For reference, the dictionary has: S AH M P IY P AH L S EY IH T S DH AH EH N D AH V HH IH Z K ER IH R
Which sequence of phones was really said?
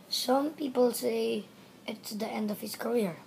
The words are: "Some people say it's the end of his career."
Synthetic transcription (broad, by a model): S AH M P IY P AH L S EY IH T S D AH EH N D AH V HH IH S K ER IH R